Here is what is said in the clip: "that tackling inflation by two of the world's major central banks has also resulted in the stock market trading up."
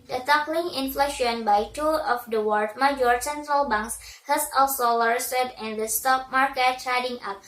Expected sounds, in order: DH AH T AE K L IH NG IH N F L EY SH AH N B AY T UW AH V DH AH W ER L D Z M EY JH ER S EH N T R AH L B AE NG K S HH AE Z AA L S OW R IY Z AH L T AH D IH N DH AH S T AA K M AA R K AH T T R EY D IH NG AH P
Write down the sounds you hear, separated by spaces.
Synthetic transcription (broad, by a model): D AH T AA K L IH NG IH N F L EY SH AH N B AY T UW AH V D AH W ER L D M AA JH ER S EH N T R AH L B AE NG K S HH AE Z AA L S OW L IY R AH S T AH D IH N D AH S T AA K M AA R K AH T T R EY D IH NG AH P